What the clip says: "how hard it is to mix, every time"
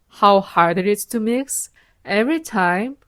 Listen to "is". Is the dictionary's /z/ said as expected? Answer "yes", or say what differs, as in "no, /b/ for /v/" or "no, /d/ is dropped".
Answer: no, /s/ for /z/